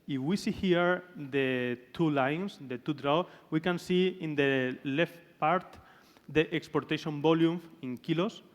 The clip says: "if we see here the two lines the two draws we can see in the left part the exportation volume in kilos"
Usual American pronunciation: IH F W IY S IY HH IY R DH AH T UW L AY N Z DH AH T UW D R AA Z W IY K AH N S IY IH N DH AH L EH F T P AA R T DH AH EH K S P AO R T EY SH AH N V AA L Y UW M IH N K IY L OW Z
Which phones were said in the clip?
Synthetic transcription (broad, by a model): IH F W IY S IY HH IY R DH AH T UW L AY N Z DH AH T UW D R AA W W IY K AH N S IY IH N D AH L EH F T P AA R T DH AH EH K S P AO R T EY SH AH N B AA L Y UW M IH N K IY L OW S